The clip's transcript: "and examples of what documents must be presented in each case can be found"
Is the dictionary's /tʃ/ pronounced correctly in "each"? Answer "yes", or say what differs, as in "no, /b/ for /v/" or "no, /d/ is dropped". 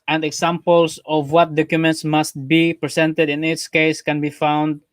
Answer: no, /s/ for /tʃ/